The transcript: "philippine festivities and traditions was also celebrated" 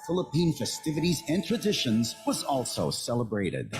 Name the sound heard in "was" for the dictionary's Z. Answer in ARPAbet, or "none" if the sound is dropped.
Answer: Z